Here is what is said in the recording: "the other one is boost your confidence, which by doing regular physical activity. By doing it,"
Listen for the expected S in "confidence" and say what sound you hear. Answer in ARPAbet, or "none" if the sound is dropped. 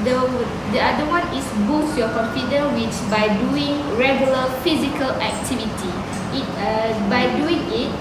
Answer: none